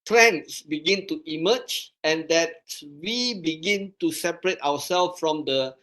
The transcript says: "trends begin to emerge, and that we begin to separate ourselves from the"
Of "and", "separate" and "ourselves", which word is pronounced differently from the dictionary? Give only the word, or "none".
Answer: ourselves